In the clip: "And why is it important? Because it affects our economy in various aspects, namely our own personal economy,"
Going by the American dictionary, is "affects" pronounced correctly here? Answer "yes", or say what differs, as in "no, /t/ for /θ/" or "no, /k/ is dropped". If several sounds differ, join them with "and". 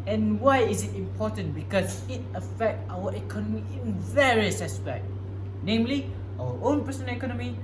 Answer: no, /s/ is dropped